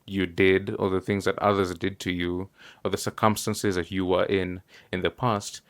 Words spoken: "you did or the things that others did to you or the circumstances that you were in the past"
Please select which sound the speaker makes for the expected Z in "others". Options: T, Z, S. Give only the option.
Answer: Z